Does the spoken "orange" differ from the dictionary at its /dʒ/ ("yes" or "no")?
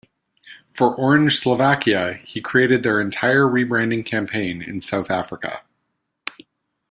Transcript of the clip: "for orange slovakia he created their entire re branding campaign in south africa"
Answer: yes